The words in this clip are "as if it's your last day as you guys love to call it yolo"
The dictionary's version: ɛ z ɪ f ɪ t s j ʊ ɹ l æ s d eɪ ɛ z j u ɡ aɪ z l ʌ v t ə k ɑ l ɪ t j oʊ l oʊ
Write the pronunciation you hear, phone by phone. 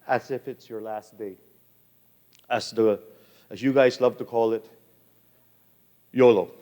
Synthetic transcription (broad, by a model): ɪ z ɪ f ɪ t s j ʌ ɹ l æ s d eɪ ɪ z j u ɡ aɪ z l ʌ v t ə k ɑ l ɪ t j oʊ l oʊ